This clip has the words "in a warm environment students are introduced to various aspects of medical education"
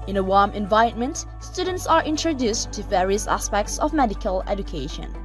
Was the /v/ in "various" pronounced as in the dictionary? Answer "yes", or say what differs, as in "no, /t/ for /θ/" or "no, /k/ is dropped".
yes